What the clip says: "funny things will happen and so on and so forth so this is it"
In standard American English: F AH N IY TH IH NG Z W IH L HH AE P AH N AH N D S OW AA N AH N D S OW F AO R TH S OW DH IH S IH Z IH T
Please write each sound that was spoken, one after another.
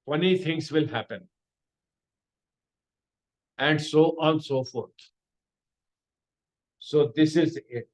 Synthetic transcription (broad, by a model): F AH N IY T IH NG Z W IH L HH AE P AH N AH N D S OW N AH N S OW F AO R T S OW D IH S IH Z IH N